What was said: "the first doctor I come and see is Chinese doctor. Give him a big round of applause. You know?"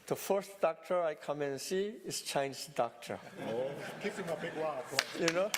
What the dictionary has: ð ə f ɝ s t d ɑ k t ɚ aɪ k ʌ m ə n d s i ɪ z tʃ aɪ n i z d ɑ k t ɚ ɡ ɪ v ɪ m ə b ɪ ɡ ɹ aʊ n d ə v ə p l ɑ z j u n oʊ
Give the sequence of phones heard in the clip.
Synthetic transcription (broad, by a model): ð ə f ɝ s t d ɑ k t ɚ aɪ k ʌ m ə n s i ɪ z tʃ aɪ n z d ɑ k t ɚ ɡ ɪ p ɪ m ə b ɪ ɡ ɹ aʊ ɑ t j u n oʊ